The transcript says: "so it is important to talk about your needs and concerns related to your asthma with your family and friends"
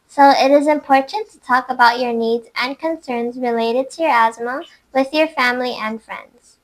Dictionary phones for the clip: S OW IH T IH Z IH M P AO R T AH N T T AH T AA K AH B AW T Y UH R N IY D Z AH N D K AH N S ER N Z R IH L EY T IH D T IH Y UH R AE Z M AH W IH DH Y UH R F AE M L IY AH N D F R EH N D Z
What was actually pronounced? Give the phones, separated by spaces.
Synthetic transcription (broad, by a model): S OW IH T IH Z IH M P AO R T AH N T T AH T AA K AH B AW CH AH R N IY D Z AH N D K AH N S ER N Z R IH L EY T IH D T IH Y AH R AE Z M AH W IH DH Y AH R F AE M L IY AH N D F R EH N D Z